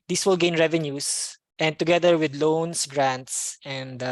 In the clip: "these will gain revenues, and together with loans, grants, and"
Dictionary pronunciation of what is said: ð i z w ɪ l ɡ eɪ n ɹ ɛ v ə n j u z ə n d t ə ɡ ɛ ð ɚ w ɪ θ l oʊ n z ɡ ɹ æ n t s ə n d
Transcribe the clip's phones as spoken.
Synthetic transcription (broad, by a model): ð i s w ɪ l ɡ eɪ n ɹ ɛ v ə n j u s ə n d t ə ɡ ɛ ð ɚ w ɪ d l oʊ n s ɡ ɹ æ n t s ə n d